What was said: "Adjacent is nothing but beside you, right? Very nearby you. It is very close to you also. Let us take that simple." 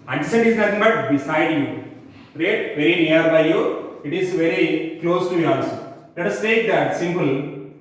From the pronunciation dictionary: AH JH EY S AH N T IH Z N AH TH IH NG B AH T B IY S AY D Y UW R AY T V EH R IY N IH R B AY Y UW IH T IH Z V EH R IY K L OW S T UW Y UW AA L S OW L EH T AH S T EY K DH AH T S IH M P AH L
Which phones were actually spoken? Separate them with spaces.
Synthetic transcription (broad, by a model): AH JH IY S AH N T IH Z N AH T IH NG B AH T B IY S AY D Y UW R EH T V EH R IY N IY R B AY Y UW IH T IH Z V EH R IY K L OW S T UW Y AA S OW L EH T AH S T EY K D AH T S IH M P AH L